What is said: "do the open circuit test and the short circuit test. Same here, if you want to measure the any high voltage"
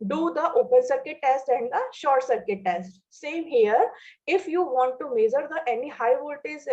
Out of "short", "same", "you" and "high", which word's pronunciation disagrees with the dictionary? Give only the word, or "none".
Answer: none